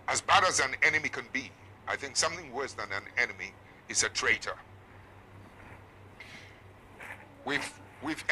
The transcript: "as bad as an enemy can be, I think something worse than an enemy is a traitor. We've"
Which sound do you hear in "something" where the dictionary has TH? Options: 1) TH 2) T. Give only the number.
1